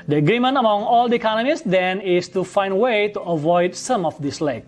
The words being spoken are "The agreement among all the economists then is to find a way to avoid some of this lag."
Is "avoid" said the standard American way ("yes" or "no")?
yes